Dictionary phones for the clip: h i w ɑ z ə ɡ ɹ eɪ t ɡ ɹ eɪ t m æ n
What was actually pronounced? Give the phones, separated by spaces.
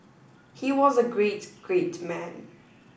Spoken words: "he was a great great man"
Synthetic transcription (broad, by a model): h i w ɑ z ə ɡ ɹ eɪ t ɡ ɹ eɪ t m æ n